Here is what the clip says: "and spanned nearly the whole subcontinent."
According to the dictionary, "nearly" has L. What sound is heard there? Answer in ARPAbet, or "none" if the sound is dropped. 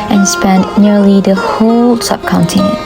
L